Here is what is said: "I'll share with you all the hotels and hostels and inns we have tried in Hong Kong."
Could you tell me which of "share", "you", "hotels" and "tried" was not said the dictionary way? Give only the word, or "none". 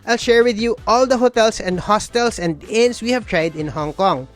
hotels